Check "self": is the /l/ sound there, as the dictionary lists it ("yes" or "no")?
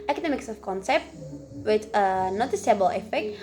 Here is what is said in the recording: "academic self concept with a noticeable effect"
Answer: no